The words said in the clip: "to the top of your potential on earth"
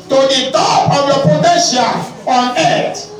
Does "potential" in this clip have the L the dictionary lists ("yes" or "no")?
no